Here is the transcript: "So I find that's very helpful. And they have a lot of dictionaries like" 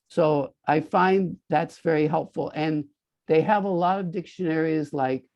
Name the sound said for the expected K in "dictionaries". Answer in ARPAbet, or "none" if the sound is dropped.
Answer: K